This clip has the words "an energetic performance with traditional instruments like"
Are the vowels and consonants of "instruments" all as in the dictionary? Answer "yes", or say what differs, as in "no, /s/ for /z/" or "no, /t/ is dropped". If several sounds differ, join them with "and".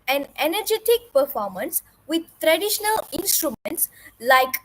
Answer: yes